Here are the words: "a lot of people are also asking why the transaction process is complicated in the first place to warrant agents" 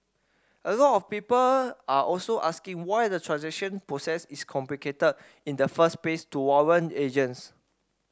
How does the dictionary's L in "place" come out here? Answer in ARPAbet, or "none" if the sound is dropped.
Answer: none